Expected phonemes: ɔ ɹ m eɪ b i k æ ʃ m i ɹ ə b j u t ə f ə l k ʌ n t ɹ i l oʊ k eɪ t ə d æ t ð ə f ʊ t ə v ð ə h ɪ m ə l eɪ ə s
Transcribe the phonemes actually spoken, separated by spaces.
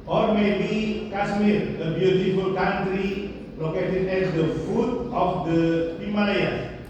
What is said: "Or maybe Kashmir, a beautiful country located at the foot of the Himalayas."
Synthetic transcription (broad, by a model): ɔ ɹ m eɪ b i k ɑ s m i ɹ ə b j u t ə f ə l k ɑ n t ɹ i l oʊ k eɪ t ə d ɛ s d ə f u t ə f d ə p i m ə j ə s